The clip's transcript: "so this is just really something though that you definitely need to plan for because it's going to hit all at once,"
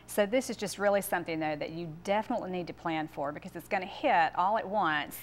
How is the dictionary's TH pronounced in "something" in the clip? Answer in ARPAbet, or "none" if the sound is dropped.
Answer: TH